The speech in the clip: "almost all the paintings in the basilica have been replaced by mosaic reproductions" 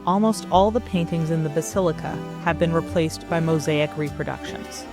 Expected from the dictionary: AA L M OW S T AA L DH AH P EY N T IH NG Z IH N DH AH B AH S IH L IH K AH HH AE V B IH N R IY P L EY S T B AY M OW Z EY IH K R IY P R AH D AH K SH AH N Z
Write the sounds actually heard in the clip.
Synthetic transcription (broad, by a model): AA L M OW S T AA L DH AH P EY N T IH NG Z IH N DH AH B AH S IH L IH K AH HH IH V B IH N R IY P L EY S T B AY M OW Z EY IH K R IY P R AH D AH K SH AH N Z